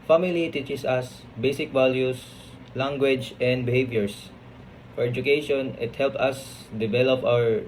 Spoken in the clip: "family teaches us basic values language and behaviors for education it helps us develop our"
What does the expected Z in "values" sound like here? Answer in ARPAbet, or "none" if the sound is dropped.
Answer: S